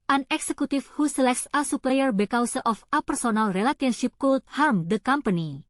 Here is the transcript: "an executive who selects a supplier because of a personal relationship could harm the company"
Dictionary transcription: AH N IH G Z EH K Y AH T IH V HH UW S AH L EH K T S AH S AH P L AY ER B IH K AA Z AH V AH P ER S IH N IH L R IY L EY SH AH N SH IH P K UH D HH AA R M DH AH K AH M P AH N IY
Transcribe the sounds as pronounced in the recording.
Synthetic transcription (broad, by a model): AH N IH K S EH K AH T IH F HH UW S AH L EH K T S AH S AH P L AY ER B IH K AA S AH F AH P ER S IH N IH L R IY L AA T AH N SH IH P K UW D HH AA R M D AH K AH M P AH N IY